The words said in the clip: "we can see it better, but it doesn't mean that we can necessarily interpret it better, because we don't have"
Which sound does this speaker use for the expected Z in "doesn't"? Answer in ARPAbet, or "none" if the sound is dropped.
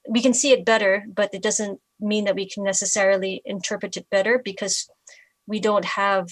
Z